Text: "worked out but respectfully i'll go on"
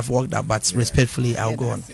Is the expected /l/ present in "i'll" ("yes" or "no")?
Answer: no